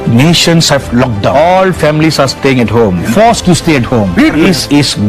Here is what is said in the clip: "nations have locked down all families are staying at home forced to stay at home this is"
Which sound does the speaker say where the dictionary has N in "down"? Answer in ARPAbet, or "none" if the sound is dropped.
none